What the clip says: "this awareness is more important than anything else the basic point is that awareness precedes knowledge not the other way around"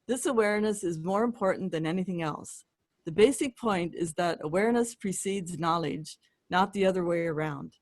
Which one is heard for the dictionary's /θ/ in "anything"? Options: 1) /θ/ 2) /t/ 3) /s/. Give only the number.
1